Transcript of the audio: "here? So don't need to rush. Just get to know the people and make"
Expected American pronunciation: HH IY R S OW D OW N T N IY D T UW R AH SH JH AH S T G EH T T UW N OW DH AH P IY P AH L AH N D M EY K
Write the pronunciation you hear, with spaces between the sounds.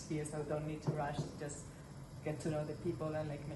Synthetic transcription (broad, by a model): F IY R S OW D OW N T N IY D T UW R AH SH JH AH S T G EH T T UW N OW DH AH P IY P AH L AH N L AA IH K